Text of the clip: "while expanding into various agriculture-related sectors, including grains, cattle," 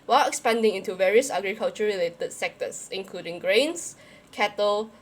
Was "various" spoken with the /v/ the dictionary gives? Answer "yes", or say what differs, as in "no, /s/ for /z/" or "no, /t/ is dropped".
yes